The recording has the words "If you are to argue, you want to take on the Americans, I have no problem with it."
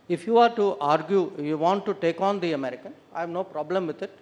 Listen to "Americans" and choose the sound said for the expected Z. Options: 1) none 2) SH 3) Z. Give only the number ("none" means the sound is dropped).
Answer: 1